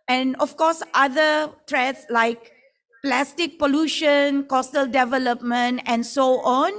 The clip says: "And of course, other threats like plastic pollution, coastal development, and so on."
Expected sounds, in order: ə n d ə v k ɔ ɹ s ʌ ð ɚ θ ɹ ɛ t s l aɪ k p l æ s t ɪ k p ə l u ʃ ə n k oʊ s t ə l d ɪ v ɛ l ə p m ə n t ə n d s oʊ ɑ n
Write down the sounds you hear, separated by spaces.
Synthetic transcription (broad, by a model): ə n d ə f k ɔ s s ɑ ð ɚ t ɹ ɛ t s l aɪ k p l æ s t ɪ k p ə l u ʃ ə n k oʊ s t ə l d ɪ v ɛ l ə p m ə n t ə n s oʊ ɑ n